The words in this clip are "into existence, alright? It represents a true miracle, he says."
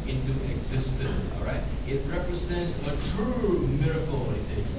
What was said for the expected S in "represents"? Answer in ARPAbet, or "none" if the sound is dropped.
S